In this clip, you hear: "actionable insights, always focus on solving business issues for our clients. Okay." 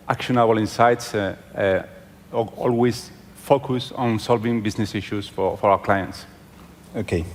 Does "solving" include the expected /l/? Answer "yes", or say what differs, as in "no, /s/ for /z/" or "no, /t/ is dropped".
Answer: yes